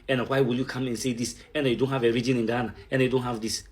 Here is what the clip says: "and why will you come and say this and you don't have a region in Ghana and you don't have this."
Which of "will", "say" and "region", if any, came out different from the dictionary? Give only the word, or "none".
none